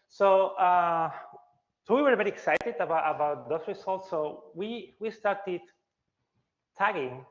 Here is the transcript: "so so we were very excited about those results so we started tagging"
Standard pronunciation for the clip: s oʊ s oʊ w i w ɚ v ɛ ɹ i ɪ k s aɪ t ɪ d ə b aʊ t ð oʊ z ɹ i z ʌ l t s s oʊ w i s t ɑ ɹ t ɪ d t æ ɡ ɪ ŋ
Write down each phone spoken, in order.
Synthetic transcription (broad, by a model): s oʊ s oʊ w i w ɚ b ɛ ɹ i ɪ k s aɪ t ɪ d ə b aʊ t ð oʊ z ɹ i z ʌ l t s s oʊ w i s t ɑ ɹ t ɪ d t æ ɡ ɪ ŋ